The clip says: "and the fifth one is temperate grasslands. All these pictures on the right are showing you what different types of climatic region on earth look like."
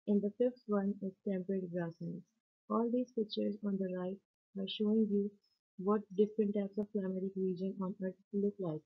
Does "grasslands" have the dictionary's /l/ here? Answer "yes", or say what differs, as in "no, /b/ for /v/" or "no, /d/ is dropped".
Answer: no, /l/ is dropped